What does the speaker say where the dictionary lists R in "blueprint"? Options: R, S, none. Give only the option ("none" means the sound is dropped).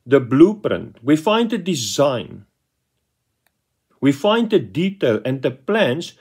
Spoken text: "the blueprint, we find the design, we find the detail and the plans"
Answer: R